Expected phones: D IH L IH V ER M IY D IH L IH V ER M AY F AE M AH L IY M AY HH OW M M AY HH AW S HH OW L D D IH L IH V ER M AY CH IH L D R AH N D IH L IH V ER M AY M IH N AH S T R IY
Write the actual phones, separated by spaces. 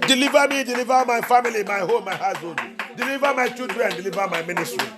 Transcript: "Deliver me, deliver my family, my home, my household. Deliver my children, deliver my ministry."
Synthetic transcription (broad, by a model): D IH L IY V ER M IY D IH L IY V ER M AY F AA M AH L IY M AY HH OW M M AY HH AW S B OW N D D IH L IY V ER M AY CH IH L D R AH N D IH L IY V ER M AY M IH N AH S T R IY